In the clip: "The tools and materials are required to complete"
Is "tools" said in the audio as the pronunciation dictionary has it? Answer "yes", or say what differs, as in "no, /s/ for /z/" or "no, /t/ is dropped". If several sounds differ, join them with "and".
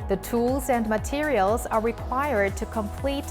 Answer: yes